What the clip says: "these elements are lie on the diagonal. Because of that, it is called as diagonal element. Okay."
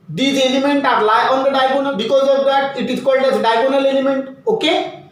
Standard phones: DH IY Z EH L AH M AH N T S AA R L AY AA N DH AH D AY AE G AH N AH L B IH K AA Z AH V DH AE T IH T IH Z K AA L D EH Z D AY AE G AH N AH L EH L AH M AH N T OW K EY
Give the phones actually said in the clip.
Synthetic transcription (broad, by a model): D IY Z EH L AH M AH N T AA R L AY AA N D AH D AY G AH N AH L B IH K AA Z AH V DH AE T IH T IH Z K AA L D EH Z D AY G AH N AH L EH L AH M AH N T OW K EY